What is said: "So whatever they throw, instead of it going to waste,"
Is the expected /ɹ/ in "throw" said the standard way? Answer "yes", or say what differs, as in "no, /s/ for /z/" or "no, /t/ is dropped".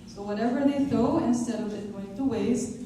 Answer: no, /ɹ/ is dropped